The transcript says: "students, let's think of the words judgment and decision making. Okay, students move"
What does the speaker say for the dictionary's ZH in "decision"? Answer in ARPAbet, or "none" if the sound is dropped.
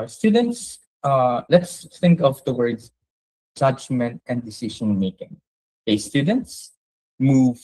SH